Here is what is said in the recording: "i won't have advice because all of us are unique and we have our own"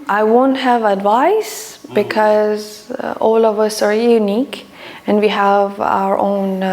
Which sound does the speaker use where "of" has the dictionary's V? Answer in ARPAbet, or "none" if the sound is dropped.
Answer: V